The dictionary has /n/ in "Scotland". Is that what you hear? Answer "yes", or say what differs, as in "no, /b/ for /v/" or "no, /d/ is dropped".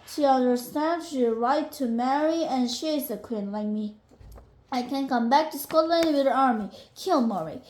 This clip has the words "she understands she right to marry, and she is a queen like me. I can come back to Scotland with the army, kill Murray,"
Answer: yes